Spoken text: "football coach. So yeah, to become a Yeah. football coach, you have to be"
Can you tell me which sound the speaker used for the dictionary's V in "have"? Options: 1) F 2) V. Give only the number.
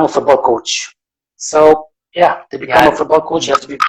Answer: 1